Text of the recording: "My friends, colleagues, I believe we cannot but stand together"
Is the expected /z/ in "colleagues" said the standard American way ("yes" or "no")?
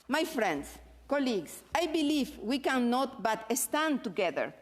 no